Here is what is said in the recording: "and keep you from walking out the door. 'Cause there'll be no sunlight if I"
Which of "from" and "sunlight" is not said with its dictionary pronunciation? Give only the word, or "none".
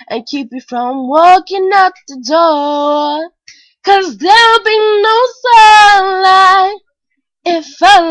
sunlight